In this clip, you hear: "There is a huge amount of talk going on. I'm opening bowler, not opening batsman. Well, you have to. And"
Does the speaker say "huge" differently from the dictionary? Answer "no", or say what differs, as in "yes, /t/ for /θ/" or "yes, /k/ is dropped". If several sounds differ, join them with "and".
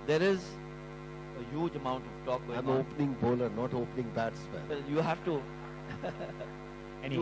no